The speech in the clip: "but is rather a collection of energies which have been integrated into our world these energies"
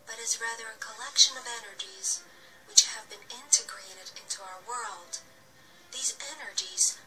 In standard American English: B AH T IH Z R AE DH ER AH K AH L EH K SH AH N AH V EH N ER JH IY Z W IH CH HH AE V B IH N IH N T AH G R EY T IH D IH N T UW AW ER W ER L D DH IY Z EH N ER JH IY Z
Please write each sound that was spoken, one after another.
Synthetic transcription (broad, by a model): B AH T IH Z R AE DH ER AH K AH L EH K SH AH N AH V EH N ER JH IY Z W IH CH HH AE V B IH N IH N T AH G R EY T IH D IH N T UW AW ER W ER L D DH IY Z EH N ER JH IY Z